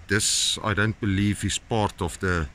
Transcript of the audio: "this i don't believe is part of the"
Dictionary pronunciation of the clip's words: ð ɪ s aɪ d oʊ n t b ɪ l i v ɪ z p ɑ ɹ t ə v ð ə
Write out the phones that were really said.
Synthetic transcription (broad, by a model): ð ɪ s aɪ d oʊ n t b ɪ l i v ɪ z p ɑ ɹ t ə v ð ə